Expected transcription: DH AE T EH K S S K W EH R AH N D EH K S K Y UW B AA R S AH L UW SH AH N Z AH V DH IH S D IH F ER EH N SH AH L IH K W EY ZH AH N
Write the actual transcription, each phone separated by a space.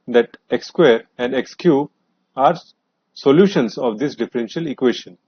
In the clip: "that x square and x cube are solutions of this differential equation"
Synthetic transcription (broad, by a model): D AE T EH K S S K W EH R AH N D EH K S K Y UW AA R S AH L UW SH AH N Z AH V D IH S D IH F ER EH N SH AH L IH K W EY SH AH N